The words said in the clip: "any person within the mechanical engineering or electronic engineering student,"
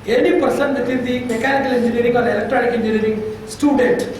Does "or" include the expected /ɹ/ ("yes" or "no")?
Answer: no